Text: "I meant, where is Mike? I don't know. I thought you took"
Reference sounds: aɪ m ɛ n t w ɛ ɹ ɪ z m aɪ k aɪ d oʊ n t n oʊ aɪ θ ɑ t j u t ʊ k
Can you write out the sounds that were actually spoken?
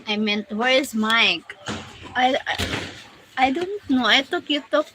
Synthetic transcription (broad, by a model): aɪ m ɛ n t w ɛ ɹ ɪ z m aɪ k aɪ d oʊ n t n oʊ aɪ t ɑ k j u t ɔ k